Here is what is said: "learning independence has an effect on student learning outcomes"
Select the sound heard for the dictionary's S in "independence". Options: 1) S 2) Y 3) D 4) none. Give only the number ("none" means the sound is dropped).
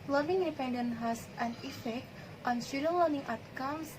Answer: 4